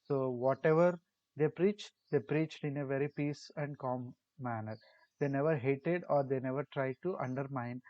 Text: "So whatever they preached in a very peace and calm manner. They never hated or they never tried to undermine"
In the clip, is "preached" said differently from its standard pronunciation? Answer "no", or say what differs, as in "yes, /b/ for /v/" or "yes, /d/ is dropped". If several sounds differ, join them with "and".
no